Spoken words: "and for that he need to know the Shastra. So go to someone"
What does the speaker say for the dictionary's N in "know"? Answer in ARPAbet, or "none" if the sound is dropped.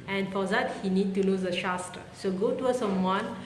L